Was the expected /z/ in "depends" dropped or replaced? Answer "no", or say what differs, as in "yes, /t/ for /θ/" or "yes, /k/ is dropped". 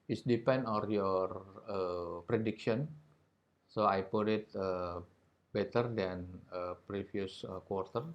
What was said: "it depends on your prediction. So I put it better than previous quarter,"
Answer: yes, /z/ is dropped